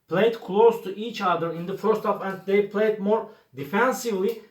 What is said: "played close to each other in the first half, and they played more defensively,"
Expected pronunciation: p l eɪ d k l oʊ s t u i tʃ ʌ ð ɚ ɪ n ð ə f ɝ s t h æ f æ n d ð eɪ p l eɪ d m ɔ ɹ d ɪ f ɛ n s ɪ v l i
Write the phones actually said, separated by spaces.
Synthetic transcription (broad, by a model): p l eɪ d k l oʊ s t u i tʃ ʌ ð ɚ ɪ n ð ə f ɝ s t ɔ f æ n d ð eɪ p l eɪ d m ɔ ɹ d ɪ f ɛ n s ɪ v l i